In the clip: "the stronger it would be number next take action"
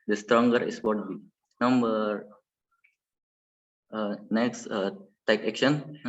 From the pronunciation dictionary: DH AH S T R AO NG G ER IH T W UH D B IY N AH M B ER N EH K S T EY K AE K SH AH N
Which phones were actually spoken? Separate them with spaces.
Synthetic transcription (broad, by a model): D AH S T R AO NG G ER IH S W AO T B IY N AH M B ER N EH K S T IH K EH K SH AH N